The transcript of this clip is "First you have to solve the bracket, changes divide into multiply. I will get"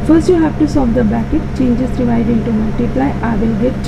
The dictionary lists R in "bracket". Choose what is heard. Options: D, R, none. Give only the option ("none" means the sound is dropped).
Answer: none